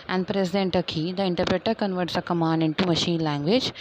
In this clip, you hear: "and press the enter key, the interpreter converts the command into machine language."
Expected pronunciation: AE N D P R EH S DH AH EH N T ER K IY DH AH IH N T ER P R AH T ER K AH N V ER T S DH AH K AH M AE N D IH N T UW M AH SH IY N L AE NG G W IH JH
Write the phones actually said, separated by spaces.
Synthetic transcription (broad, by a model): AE N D P R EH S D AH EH N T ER K IY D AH IH N T ER P R AH T ER K AH N V ER T S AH K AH M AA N D IH N T UW M AH SH IY N L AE NG G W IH JH